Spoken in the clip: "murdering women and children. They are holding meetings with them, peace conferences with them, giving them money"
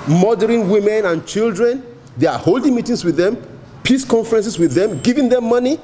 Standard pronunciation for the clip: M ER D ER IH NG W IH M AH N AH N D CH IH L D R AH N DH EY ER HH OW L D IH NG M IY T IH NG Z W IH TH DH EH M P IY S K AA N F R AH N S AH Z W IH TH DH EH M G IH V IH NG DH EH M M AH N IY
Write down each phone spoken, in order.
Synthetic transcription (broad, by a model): M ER D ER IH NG W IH M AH N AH N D CH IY L D R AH N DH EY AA HH OW L D IH NG M IY T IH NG S W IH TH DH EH M P IY S K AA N F R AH N S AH S W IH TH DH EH M G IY V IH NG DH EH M M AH N IY